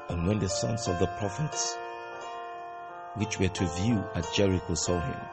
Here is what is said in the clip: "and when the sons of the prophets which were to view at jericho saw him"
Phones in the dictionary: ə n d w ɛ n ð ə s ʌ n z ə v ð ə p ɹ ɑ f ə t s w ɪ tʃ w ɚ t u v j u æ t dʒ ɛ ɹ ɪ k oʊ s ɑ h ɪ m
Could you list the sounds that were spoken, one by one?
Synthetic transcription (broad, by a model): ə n w ɛ n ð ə s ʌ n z ə v ð ə p ɹ ɑ f ə t s w ɪ tʃ w ɚ t u v j u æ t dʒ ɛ ɹ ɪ k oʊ s ɑ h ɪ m